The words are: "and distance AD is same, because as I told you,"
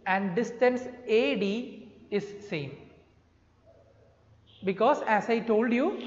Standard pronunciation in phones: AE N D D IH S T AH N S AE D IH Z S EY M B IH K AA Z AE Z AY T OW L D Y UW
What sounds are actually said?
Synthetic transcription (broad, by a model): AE N D D IH S T AH N S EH D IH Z S EY M B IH K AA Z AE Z AY T OW L D Y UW